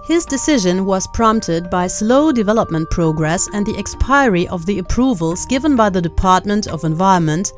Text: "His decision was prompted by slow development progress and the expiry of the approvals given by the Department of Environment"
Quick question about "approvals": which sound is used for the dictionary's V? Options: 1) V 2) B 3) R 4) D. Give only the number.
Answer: 1